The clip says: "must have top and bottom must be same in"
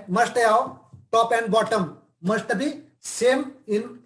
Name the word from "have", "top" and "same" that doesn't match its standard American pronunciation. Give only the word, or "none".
have